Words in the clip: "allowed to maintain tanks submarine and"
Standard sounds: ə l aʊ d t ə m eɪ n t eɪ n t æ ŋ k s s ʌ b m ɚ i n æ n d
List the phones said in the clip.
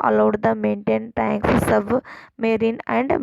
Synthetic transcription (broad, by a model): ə l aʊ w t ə m eɪ n t eɪ n t æ ŋ k s s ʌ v m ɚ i n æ n d